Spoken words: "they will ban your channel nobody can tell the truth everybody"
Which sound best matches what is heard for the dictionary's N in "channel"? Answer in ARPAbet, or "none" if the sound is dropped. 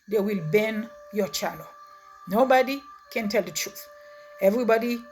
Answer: L